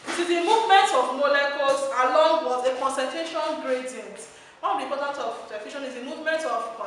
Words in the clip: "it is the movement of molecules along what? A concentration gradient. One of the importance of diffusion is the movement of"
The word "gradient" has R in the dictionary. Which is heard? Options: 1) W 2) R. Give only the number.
2